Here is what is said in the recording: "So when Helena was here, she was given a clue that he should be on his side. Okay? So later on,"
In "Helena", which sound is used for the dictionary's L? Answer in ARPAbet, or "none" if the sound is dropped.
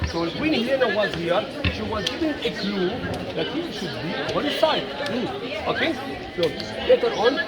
none